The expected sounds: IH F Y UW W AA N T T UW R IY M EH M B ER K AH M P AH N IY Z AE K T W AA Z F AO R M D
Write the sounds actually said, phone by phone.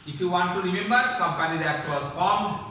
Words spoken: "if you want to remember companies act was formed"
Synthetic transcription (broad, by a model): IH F Y UW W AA N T T UW R IY M EH M B ER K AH M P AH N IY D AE T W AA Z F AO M